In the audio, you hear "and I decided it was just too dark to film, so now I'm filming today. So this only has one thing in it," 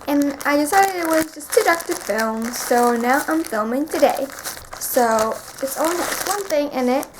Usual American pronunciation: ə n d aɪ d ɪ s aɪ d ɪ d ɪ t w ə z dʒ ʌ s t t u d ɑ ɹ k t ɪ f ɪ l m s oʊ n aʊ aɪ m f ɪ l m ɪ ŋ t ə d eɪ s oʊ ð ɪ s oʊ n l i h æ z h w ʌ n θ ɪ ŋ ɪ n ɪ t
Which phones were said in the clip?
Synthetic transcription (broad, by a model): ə n aɪ d ɪ s aɪ d ɪ d ɪ t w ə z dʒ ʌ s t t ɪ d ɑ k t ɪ f ɪ l m s oʊ n aʊ aɪ m f ɪ l m ɪ ŋ t ə d eɪ s oʊ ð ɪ s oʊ l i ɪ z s w ʌ n θ ɪ ŋ ɪ n ɪ t